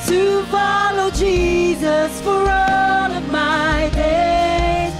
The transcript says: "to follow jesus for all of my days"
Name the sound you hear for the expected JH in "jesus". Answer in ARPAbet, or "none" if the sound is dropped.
JH